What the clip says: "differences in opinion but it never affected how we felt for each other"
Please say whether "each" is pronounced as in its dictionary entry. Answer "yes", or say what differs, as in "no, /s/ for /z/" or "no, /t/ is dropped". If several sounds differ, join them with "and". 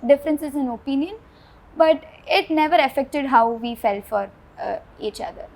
yes